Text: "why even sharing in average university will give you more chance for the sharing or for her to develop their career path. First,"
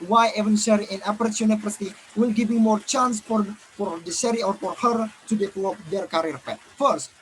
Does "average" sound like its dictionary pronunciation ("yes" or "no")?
no